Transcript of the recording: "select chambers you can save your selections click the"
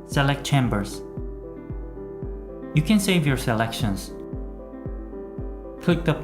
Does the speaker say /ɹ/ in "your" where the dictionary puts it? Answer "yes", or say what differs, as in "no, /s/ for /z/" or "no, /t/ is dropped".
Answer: yes